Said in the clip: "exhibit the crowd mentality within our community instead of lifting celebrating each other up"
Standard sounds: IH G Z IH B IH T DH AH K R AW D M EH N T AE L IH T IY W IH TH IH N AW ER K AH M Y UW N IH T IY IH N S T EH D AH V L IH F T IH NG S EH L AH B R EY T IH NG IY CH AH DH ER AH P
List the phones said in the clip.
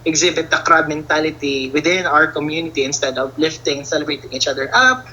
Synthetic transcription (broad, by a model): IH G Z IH B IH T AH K R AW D M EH N T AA L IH T IY W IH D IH N AW ER K AH M Y UW N IH T IY IH N S T EH D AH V L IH F T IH NG S EH L AH B R EY T IH NG IY CH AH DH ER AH P